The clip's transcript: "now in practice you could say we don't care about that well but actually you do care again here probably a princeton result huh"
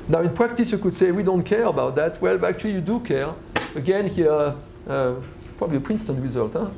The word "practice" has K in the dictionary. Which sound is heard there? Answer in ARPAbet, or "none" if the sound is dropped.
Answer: K